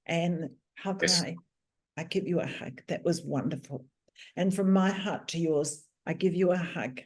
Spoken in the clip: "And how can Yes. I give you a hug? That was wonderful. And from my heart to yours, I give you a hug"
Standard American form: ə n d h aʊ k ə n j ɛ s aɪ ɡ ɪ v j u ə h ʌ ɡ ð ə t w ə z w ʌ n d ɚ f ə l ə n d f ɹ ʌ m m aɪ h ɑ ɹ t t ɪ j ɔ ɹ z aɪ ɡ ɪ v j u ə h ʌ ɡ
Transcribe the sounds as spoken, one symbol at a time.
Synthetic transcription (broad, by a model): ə n h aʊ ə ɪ aɪ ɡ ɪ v j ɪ ə h ʌ ɡ ð ə t w ə z w ʌ n d ɚ f ə l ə n f ɹ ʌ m m aɪ h ɑ ɹ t t ɪ j ɔ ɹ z aɪ ɡ ɪ v j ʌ ə h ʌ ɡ